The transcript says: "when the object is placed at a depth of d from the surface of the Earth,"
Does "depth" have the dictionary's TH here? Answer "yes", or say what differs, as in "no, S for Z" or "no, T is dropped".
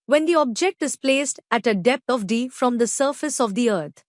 no, T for TH